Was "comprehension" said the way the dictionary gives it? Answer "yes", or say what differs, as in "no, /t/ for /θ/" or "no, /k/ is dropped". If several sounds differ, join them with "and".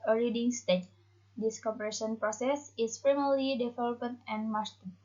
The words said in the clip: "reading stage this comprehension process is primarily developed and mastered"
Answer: no, /m/ is dropped and /ɹ/ is dropped and /n/ is dropped